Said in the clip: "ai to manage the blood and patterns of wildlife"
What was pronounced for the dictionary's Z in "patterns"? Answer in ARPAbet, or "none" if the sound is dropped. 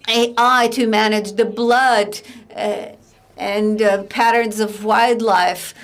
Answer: Z